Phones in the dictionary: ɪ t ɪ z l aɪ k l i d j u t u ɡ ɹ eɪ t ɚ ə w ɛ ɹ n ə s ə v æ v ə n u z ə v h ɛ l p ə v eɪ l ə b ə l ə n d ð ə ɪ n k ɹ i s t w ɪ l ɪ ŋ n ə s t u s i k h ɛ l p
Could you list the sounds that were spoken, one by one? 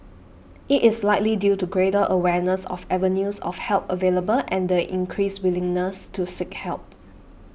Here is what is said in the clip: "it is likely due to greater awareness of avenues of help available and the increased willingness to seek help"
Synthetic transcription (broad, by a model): ɪ t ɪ s l aɪ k l i d j u t u ɡ ɹ eɪ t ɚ ə w ɛ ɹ n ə s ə f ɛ v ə n u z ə f h ɛ l p ə v eɪ l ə b ə l ə n d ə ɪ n k ɹ i s w ɪ l ɪ ŋ n ə s t u s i k h ɛ l p